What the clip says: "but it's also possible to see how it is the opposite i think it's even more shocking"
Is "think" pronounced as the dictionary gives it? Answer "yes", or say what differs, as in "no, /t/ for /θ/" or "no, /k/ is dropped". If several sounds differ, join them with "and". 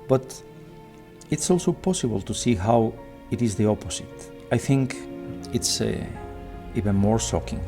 yes